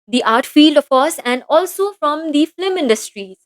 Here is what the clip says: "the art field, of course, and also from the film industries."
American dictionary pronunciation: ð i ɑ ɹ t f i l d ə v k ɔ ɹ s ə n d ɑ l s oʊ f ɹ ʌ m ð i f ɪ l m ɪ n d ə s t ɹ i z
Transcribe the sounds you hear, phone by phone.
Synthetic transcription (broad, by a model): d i ɑ ɹ t f i l d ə f k ɔ ɹ s ə n d ɑ l s oʊ f ɹ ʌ m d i f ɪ m ɪ n d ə s t ɹ i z